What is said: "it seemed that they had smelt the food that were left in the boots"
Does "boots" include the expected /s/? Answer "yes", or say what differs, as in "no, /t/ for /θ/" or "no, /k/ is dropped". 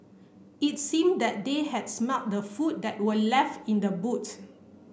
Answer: no, /s/ is dropped